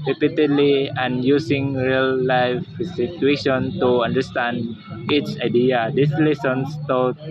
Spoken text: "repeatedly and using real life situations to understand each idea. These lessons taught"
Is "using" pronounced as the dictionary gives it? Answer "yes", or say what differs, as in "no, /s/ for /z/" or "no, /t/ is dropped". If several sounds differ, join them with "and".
no, /s/ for /z/